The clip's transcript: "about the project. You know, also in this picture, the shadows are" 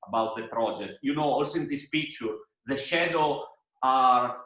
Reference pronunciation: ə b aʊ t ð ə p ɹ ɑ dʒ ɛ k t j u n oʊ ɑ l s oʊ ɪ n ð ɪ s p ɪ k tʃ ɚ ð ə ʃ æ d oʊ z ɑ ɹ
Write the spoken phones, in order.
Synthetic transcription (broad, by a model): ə b aʊ t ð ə p ɹ ɑ dʒ ɛ k t j u n oʊ ɑ l s oʊ ɪ n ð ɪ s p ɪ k tʃ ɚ ð ə ʃ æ d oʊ ɑ ɹ